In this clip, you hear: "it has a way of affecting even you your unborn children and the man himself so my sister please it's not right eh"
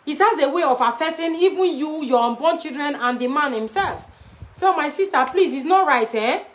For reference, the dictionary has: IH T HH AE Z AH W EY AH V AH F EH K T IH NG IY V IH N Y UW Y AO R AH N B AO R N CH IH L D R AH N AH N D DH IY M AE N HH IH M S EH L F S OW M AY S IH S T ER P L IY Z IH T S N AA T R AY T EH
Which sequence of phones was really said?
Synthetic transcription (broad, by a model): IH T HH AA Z AH W EY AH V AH F EH K T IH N IY V IH N Y UW Y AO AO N B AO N CH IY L D R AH N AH N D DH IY M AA N HH IH M S EH L F S OW M AY S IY S T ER P L IY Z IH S N AA T R AY T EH